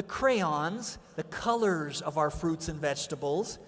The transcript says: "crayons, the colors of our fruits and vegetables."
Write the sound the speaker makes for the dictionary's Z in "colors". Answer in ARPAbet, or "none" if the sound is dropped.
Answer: Z